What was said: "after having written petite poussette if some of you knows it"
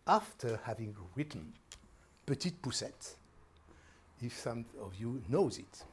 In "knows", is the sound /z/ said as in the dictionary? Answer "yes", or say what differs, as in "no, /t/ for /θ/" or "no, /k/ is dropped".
yes